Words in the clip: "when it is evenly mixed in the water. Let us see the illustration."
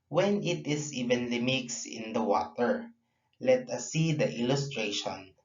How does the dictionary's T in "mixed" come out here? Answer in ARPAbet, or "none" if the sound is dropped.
none